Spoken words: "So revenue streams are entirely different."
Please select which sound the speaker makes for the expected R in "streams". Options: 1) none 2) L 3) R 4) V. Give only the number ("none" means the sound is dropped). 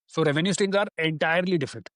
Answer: 1